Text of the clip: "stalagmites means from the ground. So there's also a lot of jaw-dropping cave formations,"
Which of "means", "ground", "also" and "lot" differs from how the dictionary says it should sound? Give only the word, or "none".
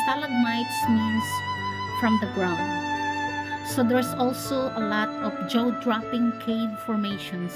means